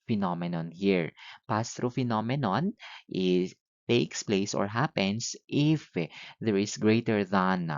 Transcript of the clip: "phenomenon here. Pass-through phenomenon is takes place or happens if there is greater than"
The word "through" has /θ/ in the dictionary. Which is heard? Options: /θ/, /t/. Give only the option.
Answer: /t/